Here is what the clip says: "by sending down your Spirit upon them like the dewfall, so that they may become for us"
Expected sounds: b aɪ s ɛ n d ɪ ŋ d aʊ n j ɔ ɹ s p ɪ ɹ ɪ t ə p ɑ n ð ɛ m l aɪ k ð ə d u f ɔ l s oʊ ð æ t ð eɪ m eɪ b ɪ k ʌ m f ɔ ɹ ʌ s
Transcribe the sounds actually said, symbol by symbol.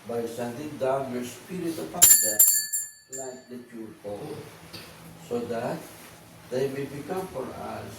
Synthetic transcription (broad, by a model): b aɪ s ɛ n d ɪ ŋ d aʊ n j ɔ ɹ s p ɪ ɹ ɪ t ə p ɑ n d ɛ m l aɪ k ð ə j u p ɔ l s oʊ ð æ t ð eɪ m eɪ b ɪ k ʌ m f ɔ ɹ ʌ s